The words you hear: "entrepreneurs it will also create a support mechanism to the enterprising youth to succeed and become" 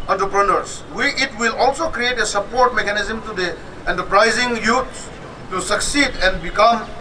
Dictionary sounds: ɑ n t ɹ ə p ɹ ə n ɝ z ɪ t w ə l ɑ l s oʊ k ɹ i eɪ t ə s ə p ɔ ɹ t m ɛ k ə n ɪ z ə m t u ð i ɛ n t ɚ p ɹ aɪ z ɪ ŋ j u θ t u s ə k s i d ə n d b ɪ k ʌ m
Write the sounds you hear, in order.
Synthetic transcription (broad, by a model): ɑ n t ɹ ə p ɹ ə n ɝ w ɪ t w ə l ɑ l s oʊ k ɹ i eɪ t ə s ə p ɔ ɹ t m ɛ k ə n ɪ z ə m t u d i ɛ n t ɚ p ɹ aɪ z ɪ ŋ j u s t u s ə k s i d ə n d b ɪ k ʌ m